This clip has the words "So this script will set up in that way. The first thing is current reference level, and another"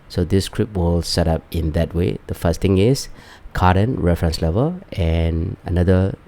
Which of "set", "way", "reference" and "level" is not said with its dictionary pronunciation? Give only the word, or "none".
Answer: none